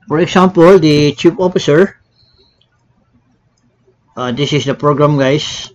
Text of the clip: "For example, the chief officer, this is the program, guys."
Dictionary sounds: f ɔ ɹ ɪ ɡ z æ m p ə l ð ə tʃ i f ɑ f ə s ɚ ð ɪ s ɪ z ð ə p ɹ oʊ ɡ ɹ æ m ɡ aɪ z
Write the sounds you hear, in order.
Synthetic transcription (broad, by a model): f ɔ ɹ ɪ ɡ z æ m p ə l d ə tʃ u p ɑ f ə s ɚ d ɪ s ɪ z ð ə p ɹ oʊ ɡ ɹ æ m ɡ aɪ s